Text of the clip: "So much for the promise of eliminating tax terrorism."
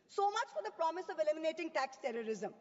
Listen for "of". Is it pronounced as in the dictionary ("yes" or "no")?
yes